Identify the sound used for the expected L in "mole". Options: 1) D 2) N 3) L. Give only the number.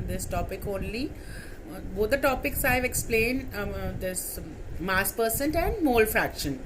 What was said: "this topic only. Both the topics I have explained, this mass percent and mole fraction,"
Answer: 3